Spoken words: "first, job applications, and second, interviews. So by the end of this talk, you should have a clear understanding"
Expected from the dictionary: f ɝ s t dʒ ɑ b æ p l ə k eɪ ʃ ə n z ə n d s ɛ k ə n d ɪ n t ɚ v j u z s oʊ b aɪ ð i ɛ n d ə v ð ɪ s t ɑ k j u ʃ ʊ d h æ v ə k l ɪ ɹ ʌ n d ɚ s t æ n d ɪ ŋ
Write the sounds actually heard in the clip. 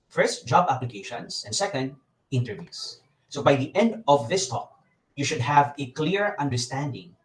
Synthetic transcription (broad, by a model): f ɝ s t dʒ ɑ b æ p l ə k eɪ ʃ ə n s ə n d s ɛ k ə n d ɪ n t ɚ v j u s s oʊ b aɪ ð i ɛ n d ə v ð ɪ s t ɑ k j u ʃ ʊ d h æ v ə k l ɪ ɹ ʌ n d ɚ s t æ n d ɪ ŋ